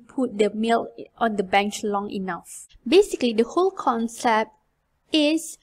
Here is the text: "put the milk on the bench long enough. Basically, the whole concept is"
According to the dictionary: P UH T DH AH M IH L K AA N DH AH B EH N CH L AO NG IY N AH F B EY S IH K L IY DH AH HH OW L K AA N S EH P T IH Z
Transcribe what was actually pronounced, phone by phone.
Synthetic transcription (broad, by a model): P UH T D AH M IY L AA N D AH B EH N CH L AO NG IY N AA F B EY S IH K L IY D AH HH OW L K AA N S EH P T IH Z